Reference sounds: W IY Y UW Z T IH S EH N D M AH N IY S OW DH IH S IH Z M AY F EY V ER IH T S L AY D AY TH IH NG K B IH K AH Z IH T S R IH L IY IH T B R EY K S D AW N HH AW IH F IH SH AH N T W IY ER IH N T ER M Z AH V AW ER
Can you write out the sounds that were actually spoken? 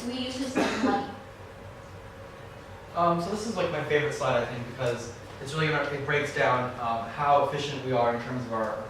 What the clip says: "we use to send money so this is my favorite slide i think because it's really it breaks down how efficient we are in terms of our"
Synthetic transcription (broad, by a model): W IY Y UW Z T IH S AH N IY AH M S OW DH IH S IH Z M AY F EY V ER IH T S L AY D AY TH IH NG K B IH K AH Z IH T S R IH L IY IH T B R EY K S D AW N HH AW IH F IH SH AH N T W IY ER IH N T ER M Z AH V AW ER